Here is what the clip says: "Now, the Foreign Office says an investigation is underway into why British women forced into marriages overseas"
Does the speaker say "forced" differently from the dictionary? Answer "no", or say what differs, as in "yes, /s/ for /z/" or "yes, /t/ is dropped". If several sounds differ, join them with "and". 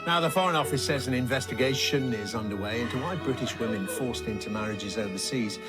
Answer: no